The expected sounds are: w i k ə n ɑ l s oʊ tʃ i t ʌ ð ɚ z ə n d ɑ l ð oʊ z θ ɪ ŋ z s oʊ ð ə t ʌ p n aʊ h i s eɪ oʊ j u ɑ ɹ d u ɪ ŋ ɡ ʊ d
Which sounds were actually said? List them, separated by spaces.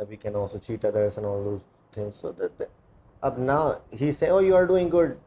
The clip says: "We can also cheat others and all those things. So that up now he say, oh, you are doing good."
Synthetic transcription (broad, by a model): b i k ə n ɑ l s oʊ tʃ i t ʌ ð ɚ s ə n ɑ l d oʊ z t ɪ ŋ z s oʊ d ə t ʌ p n aʊ h i s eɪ oʊ j u ɑ ɹ d u ɪ ŋ ɡ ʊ d